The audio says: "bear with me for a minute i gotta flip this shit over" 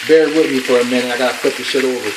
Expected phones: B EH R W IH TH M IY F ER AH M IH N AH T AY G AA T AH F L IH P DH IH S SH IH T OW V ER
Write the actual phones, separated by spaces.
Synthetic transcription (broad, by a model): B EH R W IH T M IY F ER AH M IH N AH IH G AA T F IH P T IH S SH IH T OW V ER